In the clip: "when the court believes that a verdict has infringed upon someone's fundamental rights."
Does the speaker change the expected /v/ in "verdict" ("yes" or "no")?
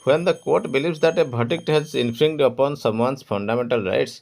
yes